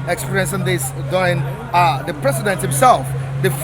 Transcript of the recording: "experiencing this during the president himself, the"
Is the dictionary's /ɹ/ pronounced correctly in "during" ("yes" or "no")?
no